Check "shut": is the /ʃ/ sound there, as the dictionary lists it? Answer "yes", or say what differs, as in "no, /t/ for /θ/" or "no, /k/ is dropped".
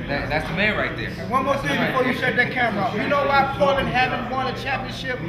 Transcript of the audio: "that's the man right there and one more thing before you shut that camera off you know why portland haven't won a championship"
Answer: no, /s/ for /ʃ/